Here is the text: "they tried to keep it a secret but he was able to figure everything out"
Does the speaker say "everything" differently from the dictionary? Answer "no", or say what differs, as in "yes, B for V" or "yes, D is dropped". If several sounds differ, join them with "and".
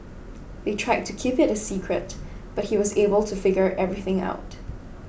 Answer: no